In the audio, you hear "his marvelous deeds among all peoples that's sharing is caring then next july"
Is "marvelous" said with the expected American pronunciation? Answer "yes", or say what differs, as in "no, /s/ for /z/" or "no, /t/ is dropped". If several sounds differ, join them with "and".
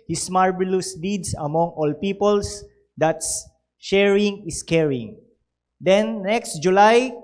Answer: no, /b/ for /v/